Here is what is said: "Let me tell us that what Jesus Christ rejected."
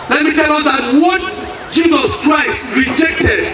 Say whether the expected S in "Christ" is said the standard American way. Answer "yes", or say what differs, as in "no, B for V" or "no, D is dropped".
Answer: yes